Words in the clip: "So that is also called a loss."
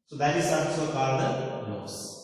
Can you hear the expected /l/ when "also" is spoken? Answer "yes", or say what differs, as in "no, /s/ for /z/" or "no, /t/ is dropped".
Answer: no, /l/ is dropped